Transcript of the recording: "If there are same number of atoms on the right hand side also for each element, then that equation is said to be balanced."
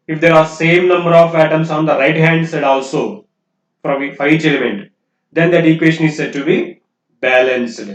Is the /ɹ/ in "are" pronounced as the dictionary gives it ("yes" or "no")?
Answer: yes